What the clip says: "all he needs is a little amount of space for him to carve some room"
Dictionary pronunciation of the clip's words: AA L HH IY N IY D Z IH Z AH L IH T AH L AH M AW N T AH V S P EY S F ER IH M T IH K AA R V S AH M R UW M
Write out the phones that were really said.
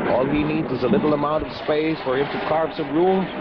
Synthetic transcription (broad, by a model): AA L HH IY N IY D Z IH Z AH L IH T L AH M AW N T AH V S P EY S F ER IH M T IH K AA R P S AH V R UW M